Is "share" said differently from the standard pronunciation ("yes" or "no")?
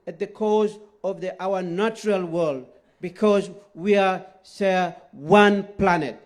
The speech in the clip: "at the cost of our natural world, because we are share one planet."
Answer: yes